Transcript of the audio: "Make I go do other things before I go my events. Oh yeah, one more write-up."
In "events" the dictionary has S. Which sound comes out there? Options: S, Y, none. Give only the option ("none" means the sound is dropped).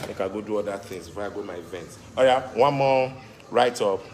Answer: none